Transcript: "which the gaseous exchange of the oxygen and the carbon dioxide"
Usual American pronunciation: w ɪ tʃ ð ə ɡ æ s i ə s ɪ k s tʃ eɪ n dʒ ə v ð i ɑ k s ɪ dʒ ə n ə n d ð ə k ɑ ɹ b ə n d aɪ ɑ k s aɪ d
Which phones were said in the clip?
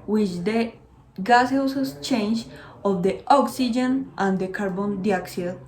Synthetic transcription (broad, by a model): w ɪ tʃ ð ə ɡ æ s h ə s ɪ s tʃ eɪ n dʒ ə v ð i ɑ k s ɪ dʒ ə n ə n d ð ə k ɑ ɹ b ə n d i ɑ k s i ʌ